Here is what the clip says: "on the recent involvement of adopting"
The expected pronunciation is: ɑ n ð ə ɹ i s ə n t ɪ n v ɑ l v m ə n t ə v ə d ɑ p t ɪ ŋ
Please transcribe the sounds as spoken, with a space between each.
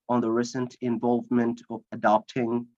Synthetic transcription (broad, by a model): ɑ n ð ə ɹ i s ə n t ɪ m v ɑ l v m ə n t ə v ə d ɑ p t ɪ ŋ